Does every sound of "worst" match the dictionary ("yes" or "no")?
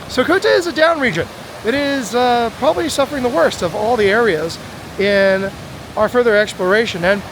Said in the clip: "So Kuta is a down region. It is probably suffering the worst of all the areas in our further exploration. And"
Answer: yes